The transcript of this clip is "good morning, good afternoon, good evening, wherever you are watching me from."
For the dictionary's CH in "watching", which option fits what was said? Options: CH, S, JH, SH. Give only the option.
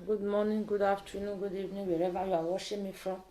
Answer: SH